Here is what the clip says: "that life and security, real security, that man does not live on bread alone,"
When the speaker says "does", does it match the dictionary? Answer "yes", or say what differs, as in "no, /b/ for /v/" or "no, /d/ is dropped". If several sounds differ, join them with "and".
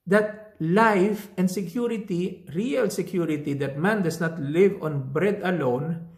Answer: no, /s/ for /z/